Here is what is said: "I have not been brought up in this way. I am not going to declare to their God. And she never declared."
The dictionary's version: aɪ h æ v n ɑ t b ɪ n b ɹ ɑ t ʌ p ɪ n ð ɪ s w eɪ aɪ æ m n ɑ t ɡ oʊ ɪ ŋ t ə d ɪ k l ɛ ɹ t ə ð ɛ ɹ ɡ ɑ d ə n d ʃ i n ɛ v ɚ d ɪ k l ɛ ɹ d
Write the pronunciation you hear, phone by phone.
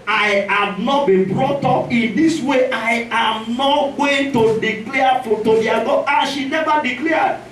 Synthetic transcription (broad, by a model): aɪ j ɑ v n ɑ t b ɪ n b ɹ ɑ t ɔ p ɪ n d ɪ s w eɪ aɪ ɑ m n ɑ t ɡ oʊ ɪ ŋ t ə d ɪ k l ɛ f t ə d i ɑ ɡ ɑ ə ʃ i n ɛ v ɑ d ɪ k l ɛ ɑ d